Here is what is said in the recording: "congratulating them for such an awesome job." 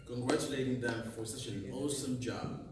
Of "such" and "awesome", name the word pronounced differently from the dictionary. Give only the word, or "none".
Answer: such